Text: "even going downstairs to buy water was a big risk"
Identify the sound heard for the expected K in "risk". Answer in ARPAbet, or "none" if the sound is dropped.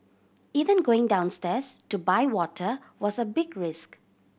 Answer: K